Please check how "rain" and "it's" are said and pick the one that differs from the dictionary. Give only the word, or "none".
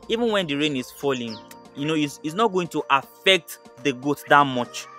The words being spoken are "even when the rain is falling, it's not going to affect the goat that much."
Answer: it's